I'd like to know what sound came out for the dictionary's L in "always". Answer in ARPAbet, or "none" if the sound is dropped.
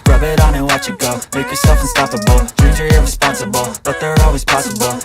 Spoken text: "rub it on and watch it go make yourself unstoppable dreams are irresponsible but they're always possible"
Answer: L